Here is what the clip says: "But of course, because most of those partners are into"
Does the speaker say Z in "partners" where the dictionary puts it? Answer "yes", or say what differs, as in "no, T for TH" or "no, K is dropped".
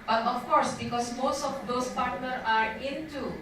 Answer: no, Z is dropped